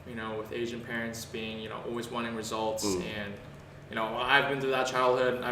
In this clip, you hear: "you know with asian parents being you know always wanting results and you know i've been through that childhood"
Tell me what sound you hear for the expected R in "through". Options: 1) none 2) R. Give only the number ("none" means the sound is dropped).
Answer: 1